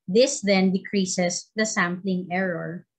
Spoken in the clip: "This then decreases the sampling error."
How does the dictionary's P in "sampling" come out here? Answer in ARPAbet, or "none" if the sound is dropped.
P